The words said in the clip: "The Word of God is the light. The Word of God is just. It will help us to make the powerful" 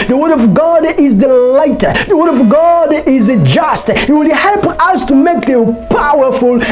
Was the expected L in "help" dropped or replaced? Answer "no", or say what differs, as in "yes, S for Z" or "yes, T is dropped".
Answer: no